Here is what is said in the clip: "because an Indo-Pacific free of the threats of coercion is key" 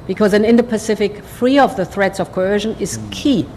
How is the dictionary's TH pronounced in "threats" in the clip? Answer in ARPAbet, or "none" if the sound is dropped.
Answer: TH